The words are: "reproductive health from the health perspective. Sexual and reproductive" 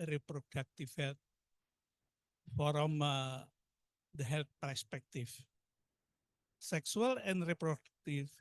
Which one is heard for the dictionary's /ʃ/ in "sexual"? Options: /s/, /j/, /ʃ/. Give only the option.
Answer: /s/